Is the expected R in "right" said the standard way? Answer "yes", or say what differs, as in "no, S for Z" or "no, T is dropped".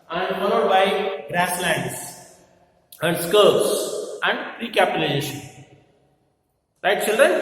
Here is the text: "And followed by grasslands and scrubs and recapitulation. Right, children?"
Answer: no, L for R